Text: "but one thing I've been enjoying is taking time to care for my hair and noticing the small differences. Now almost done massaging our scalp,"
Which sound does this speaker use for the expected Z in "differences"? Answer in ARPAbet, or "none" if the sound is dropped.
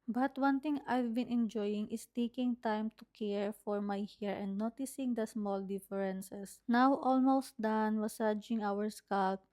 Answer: S